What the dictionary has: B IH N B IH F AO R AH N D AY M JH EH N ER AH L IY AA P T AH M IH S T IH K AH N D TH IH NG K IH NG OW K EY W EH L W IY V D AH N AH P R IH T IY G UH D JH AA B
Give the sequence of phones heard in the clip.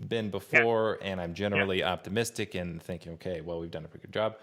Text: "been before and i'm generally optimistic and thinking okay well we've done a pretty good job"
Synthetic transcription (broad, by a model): B IH N B IH F AO R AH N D AY M JH EH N ER L IY AA P T AH M IH S T IH K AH N TH IH NG K IH NG OW K EY W EH L W IY V D AH N AH P R IH T IY G UH D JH AA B